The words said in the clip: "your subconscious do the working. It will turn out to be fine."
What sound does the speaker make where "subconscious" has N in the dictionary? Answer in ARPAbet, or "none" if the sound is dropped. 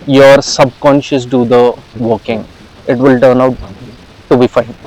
N